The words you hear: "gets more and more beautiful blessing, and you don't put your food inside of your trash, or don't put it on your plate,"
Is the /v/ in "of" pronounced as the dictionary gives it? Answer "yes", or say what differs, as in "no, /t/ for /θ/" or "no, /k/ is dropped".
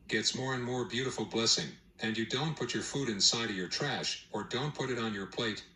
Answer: yes